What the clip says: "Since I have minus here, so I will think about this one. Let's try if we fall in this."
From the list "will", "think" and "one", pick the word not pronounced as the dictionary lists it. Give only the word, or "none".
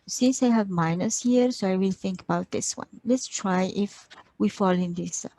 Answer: none